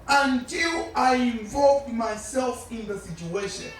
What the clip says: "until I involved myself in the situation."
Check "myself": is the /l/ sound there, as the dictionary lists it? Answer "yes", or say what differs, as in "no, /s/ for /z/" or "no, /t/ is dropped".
yes